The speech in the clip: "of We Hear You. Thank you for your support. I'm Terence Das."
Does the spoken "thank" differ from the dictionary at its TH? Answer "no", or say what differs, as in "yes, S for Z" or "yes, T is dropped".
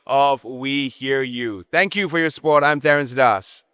no